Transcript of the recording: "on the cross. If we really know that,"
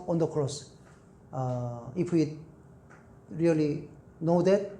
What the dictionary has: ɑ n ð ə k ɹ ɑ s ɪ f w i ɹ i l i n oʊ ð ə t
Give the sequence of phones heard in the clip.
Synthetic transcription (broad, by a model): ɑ n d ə k ɹ ɑ s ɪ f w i ɹ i l i n oʊ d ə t